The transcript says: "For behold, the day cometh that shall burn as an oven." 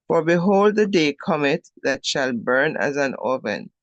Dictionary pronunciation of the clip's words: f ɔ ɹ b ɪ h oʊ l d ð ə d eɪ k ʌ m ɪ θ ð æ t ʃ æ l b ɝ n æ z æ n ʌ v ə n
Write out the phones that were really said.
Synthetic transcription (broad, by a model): f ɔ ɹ b ɪ h oʊ l d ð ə d eɪ k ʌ m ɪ t ð æ t ʃ æ l b ɝ n æ z æ n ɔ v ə n